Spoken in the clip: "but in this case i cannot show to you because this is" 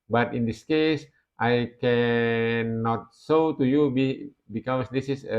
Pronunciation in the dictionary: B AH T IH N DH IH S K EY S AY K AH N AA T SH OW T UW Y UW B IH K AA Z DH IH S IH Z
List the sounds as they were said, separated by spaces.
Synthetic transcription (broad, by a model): B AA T IH N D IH S K EY S AY K AH N AA T S OW T UW Y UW B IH K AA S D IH S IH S